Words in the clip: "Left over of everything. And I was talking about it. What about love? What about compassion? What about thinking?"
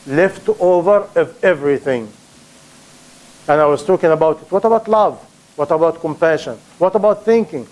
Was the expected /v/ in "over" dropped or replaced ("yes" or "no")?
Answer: no